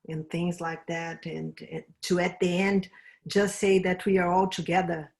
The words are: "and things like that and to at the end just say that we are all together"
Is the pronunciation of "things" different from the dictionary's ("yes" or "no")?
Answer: no